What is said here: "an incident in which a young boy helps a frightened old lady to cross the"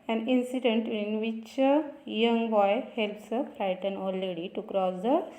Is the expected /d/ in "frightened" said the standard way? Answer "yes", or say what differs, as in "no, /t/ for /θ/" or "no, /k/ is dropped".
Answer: no, /d/ is dropped